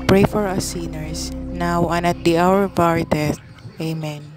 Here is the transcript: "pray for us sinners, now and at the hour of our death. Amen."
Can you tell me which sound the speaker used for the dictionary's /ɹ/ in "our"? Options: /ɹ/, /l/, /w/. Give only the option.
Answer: /ɹ/